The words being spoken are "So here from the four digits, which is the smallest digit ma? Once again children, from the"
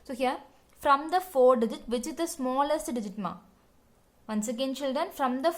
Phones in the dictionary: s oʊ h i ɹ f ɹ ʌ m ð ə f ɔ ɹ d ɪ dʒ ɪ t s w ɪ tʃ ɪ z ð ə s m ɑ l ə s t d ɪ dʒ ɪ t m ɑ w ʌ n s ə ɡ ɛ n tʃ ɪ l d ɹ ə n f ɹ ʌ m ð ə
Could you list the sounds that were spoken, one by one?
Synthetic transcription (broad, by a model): s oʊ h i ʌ f ɹ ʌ m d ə f ɔ ɹ d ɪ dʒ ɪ t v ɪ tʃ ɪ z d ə s m ɑ l ə s t d ɪ dʒ ɪ t m ɑ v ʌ n s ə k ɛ n tʃ ɪ l d ɹ ə n f ɹ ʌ m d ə